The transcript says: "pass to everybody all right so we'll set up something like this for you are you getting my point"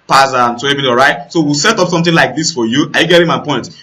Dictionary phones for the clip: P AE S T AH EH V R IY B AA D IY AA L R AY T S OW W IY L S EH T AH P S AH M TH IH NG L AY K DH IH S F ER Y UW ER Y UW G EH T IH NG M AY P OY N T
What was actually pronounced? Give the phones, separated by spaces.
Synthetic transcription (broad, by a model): P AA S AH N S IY EH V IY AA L R AY T S OW W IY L S EH T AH P S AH M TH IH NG L AY K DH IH S F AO Y UW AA Y UW G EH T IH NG M AY P OY N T